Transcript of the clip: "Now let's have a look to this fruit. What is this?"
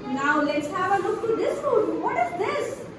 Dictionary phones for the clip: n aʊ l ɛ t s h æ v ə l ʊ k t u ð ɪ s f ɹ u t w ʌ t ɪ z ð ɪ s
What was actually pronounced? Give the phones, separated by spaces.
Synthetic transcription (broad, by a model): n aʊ l ɛ t s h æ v ə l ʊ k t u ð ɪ s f u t w ʌ t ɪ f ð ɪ s